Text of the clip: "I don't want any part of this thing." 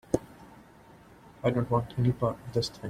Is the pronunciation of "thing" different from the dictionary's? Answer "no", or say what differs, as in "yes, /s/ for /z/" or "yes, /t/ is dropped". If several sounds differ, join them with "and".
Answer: yes, /t/ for /θ/